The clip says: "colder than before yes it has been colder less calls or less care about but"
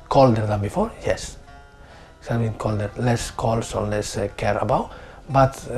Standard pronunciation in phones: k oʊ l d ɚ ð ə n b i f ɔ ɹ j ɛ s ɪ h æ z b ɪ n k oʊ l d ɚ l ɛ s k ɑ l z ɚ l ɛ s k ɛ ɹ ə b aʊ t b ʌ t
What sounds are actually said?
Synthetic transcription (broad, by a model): k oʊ l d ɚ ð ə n b i f ɔ ɹ j ɛ s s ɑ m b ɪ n k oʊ l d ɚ l ɛ s k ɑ l s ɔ l ɛ s k ɛ ɹ ə b aʊ t b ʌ t